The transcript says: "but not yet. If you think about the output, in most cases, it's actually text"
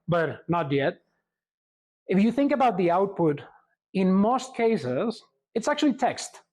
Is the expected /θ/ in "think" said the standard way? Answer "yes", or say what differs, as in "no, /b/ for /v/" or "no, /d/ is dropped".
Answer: yes